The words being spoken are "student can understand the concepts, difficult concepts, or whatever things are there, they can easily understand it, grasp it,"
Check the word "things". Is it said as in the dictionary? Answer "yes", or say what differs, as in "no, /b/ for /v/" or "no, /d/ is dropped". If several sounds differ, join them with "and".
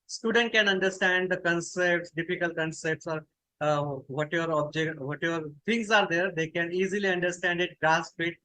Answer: no, /t/ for /θ/ and /s/ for /z/